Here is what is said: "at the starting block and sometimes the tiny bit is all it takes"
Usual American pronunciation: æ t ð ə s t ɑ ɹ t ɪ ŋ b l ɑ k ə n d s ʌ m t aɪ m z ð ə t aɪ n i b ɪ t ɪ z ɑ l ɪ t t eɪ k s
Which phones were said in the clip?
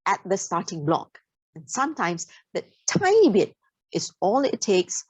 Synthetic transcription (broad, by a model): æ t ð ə s t ɑ t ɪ ŋ b l ɑ k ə n s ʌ m t aɪ m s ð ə t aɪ i b ɪ t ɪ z ɑ l ɪ t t eɪ k s